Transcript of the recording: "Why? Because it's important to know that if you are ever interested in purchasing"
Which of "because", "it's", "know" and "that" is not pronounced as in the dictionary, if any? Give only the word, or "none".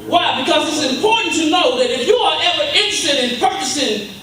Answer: none